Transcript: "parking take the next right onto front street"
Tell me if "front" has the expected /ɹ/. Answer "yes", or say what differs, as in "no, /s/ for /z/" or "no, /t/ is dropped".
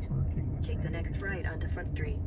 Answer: yes